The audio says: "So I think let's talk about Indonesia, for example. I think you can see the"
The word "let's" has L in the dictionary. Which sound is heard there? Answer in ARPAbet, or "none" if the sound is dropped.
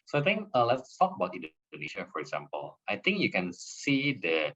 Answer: L